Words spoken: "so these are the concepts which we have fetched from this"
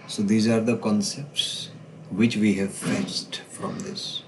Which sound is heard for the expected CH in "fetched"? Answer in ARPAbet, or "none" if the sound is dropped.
S